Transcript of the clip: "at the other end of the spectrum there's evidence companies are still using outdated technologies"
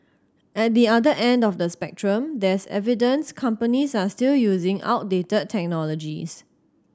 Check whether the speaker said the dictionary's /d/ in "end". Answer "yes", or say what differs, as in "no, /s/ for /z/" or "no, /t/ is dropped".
yes